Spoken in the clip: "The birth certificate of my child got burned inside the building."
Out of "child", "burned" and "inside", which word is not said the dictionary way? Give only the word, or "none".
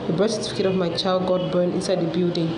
burned